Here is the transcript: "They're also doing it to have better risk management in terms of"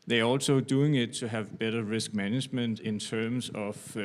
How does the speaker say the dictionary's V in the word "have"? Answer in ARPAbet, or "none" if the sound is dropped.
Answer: V